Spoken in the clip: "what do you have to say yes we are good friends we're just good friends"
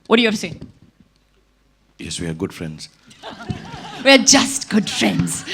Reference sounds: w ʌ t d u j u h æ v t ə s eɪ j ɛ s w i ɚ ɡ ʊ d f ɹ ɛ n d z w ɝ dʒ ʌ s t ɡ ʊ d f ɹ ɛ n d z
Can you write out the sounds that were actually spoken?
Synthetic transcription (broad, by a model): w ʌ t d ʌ j u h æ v s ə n j ɛ s w i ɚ ɡ ʊ d f ɹ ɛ n d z w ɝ dʒ ʌ s t ɡ ʊ d f ɹ ɛ n d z